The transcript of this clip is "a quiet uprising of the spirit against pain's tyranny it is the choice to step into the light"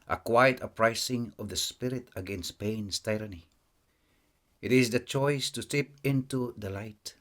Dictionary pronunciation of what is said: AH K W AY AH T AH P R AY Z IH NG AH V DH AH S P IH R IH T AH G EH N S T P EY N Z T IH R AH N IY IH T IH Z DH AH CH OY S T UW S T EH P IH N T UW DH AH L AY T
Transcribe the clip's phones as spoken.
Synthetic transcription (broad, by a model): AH K W AY AH T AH P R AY S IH NG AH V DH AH S P IH R IH T AH G EH N S T P EY N S T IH R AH N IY IH T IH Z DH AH CH OY S T UW S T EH P IH N T UW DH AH L AY T